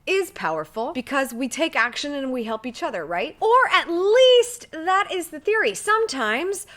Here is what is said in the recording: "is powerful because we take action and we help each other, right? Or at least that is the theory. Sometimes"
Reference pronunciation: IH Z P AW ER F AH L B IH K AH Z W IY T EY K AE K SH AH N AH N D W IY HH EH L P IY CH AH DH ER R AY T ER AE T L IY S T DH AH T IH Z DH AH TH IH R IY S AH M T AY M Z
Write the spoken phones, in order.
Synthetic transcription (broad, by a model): IH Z P AW ER F L B IH K AH Z W IY T EY K AE K SH AH N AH N W IY HH EH L P IY CH AH DH ER R AY T ER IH T L IY S T DH AH T IH Z DH AH TH IH R IY S AH M T AY M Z